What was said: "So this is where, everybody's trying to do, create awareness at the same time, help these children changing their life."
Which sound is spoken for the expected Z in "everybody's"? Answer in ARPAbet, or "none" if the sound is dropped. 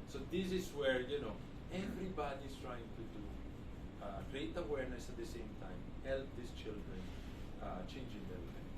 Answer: S